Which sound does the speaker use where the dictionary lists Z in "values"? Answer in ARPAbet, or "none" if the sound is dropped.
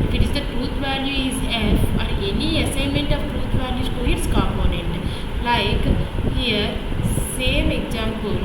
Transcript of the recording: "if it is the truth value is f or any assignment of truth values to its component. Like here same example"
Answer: none